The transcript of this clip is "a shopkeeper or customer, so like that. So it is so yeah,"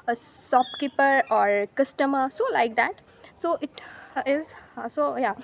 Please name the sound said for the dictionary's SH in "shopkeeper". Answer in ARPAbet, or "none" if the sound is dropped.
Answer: S